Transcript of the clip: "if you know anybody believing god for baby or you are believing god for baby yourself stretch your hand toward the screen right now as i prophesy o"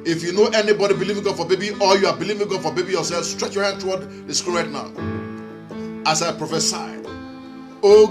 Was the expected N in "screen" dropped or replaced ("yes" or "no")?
yes